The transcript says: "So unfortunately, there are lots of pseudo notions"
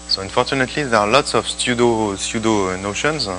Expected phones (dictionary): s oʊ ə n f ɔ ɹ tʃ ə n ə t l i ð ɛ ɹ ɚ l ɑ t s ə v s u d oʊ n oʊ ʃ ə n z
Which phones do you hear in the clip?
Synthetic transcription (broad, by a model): s oʊ ə n f ɔ ɹ tʃ ə n ə t l i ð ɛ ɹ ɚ l ɑ t s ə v s u d oʊ n oʊ ʃ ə n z